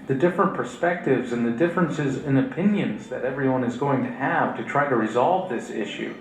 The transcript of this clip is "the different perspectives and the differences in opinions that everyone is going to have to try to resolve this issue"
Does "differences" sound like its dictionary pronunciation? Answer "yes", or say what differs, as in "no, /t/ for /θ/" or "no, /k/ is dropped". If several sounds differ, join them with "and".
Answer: yes